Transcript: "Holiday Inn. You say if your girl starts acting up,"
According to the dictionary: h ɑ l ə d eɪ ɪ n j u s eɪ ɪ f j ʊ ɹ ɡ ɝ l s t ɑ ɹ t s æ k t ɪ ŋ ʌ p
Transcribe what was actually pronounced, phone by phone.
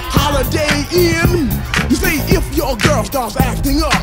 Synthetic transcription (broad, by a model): h ɑ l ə d eɪ ɪ n j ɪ s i ɪ f j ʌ ɹ ɡ ɝ l s t ɑ ɹ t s æ k t ɪ ŋ ʌ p